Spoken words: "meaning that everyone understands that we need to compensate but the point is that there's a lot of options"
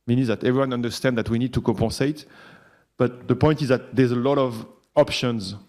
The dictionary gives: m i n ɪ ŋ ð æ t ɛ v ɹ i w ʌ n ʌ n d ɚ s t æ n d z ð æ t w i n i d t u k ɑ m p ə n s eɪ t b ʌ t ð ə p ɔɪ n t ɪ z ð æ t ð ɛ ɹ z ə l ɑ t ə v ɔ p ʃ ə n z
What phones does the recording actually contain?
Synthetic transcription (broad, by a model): m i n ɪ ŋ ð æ t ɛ v ɹ i w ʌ n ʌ n d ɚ s t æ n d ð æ t w i n i d t u k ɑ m p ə s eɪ t b ʌ t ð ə p ɔɪ n t ɪ z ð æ t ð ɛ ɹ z ə l ɑ t ə v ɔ p ʃ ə n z